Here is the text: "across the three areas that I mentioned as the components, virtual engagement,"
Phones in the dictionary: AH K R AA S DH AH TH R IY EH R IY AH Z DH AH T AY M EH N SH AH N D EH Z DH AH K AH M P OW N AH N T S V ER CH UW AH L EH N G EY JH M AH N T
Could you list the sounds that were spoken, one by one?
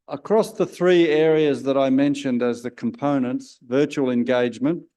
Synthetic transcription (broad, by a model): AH K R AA S DH AH TH R IY EH R IY AH Z DH AH T AY M EH N SH AH N D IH Z DH AH K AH M P OW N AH N T S V ER CH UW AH L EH N G EY JH M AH N T